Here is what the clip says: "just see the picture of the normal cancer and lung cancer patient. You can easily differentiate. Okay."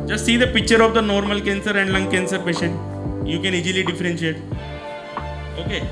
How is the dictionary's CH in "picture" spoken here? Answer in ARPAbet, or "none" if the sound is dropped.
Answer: CH